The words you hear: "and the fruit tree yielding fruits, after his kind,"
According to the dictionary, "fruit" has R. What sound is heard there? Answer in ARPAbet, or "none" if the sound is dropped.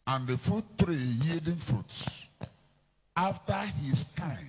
none